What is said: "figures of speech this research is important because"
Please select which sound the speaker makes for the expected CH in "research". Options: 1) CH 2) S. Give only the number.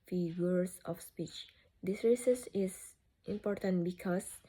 2